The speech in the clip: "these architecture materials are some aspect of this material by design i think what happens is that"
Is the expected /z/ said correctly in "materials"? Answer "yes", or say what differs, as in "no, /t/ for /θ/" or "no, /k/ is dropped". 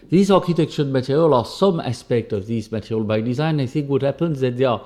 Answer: no, /z/ is dropped